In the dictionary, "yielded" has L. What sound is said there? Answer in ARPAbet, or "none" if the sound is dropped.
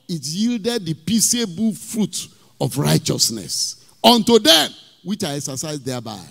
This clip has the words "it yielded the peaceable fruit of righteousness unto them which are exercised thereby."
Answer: L